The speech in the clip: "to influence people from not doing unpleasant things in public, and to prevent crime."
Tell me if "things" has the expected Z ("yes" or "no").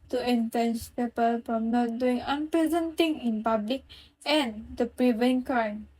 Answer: no